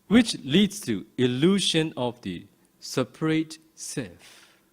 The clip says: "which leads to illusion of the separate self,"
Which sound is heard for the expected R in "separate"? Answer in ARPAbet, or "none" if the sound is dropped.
R